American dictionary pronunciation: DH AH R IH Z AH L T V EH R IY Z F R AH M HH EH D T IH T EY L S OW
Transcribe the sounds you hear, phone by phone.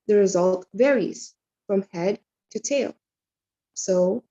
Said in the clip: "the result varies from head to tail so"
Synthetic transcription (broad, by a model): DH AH R IH Z AH L T V EH R IY Z F R AH M HH EH D T IH T EY L S OW